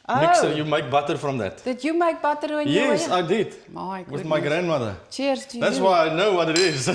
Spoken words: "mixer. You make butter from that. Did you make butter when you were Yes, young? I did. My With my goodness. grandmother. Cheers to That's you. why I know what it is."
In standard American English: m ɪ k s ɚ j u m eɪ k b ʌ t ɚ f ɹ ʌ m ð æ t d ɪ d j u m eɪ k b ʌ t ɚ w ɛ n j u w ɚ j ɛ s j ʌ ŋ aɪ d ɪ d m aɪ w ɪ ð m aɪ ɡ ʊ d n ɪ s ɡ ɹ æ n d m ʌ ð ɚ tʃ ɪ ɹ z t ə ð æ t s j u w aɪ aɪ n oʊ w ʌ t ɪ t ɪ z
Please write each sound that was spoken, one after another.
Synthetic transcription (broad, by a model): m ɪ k s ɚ j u m eɪ k b ʌ t ɚ f ɹ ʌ m ð æ t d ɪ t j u m eɪ k b ʌ t ɚ w ɛ n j j ɛ s aɪ d ɪ d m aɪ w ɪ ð m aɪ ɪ ɡ ɹ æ n d m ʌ ð ɚ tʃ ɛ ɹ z ð æ t s w aɪ aɪ n oʊ w ʌ t ɪ t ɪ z